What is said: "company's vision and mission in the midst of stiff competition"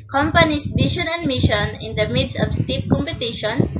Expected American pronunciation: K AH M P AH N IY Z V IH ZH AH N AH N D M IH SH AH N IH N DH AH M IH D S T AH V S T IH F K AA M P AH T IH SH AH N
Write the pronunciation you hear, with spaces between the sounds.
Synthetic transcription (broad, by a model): K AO M P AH N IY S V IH SH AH N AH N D M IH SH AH N IH N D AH M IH D S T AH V S T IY P K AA M P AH T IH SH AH N